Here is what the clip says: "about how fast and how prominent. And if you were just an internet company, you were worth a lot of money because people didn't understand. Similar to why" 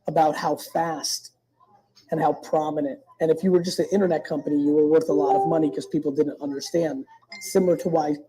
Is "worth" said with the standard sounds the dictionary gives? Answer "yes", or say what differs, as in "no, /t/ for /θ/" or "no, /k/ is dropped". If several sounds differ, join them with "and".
yes